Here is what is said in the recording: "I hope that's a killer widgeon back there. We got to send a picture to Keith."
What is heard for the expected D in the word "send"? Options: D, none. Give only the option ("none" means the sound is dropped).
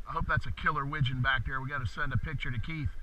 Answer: D